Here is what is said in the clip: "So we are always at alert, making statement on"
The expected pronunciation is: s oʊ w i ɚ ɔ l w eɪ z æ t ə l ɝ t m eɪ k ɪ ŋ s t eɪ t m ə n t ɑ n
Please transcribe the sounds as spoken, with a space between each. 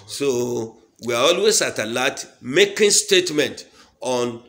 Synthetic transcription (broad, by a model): s oʊ w i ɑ ɔ l w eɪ s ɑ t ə l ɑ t m eɪ k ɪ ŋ s t eɪ t m ə n t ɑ n